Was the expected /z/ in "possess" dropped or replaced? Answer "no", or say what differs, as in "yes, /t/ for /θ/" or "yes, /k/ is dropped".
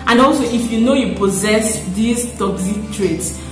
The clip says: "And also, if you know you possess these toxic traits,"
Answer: no